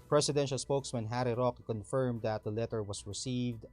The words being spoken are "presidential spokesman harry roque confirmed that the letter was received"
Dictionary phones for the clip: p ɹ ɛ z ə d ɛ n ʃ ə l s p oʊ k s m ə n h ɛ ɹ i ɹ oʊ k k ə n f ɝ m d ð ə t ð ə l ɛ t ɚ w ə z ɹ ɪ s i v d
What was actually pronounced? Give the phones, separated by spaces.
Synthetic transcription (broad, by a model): p ɹ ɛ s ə d ɛ n ʃ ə l s p oʊ k s m ə n h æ ɹ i ɹ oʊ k k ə n f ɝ m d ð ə t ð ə l ɛ t ɚ w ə s ɹ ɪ s i v d